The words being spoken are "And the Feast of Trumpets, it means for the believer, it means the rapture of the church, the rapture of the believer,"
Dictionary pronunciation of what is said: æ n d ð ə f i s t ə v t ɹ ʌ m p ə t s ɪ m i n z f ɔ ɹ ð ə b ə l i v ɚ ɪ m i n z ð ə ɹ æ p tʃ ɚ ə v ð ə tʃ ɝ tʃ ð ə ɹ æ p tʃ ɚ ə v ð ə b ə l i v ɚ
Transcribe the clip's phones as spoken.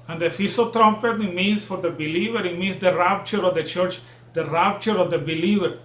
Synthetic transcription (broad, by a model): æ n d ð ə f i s ə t ɹ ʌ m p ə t ɪ m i n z f ɔ ɹ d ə b ə l i v ɚ ɪ m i n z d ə ɹ æ p tʃ ɚ ə v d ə tʃ ɝ tʃ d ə ɹ æ p tʃ ɚ ə v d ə b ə l i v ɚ